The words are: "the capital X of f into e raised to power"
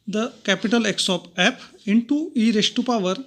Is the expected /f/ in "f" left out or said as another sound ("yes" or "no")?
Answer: yes